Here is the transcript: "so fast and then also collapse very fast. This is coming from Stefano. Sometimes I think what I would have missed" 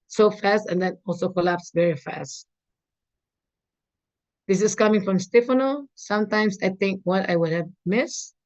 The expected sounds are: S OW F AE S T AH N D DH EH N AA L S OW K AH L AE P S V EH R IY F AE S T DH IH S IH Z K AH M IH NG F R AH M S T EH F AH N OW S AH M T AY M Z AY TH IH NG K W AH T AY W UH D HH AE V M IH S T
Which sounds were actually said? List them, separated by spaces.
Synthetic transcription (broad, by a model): S OW F AE S T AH N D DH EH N AA L S OW K AH L AE P S V EH R IY F AE S T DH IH S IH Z K AH M IH NG F R AH M S T EH F AH N OW S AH M T AY M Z AY TH IH NG K W AH T AY W UH D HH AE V M IH S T